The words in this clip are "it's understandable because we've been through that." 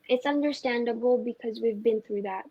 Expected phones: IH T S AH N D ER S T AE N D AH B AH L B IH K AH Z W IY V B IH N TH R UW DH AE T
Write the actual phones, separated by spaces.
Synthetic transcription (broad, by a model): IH T S AH N D ER S T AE N D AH B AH L B IH K AH Z W IY V B IH N TH R UW DH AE T